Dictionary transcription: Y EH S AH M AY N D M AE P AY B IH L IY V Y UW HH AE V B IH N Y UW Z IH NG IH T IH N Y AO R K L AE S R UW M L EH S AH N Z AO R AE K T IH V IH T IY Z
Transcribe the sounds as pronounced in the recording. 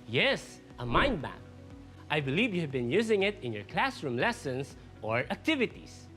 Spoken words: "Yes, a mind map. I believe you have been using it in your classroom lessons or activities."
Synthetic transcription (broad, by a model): Y EH S AH M AY N D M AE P AY B IH L IY V Y UW HH AE V B IH N Y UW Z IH NG IH T IH N Y AO R K L AE S R UW M L EH S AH N S AO R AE K T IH V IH T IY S